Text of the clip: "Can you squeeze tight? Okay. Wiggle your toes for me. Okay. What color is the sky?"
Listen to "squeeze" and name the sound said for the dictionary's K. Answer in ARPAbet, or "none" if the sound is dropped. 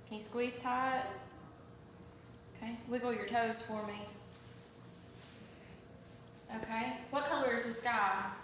K